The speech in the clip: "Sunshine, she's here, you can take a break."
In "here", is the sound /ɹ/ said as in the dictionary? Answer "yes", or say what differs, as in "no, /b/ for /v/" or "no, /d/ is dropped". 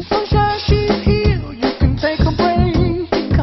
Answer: no, /l/ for /ɹ/